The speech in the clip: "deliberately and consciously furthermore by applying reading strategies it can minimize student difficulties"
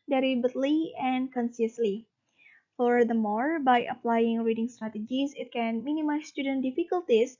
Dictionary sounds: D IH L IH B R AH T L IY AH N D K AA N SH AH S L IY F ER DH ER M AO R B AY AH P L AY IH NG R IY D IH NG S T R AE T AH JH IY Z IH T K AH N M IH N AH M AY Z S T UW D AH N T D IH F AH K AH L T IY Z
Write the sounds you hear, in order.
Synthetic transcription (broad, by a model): D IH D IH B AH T L IY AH N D K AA N S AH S L IY F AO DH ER M AO R B AY AH P L AY IH NG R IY D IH NG S T R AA T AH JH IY S IH T K AH N M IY N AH M AY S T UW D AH N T D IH F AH K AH L T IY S